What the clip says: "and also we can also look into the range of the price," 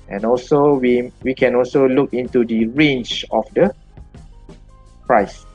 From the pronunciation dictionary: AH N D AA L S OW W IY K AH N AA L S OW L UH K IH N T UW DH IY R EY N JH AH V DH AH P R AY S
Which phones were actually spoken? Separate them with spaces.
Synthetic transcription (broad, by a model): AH N AA L S OW W IY K AH N AA L S OW L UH K IH N T UW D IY R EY N CH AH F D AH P R AY S